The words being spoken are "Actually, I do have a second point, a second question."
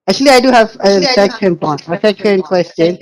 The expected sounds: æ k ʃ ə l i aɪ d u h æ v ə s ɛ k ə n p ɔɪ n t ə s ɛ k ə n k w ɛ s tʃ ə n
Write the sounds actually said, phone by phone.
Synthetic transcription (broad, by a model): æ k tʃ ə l i aɪ d u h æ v ə s ɛ k ə n b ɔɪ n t ə s ɛ k ə n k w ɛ s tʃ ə n